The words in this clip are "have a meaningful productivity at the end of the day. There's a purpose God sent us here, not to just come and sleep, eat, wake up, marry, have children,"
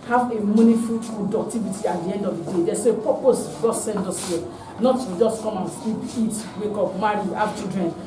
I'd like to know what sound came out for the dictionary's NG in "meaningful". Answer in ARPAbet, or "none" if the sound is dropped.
none